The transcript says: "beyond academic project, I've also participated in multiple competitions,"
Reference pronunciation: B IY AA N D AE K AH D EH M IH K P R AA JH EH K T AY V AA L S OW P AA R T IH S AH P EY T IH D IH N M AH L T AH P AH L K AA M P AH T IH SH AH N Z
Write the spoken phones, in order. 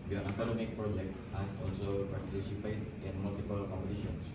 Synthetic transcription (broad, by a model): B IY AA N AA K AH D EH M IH K P R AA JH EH K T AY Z AA L S OW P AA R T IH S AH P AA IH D IH N M AH L T AH P AH L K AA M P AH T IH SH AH N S